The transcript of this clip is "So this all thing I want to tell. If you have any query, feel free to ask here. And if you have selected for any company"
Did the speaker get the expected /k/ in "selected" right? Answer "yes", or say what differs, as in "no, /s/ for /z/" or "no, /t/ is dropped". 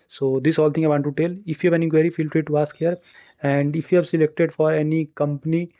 yes